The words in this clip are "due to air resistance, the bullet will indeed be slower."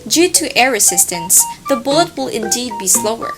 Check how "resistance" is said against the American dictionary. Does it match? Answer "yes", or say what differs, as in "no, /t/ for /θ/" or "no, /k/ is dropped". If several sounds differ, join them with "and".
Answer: no, /s/ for /z/